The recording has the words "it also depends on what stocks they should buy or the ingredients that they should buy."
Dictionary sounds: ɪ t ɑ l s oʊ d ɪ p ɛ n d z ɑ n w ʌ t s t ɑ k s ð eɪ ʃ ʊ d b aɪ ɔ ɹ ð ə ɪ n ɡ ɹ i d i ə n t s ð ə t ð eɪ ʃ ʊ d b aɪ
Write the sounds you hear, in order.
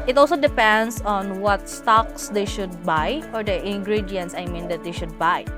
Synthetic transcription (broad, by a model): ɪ t ɑ l s oʊ d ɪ p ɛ n d s ɑ n w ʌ t s t ɑ k s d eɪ ʃ ʊ d b aɪ ɔ ɹ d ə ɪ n ɡ ɹ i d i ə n t s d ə t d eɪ ʃ ʊ d b aɪ